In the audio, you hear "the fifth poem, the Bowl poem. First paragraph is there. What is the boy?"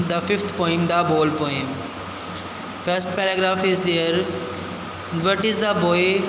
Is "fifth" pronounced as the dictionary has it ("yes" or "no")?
no